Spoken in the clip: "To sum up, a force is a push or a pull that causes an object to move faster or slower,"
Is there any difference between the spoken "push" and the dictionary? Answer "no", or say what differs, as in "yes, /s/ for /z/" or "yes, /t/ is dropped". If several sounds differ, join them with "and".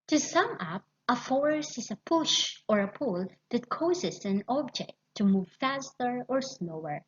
no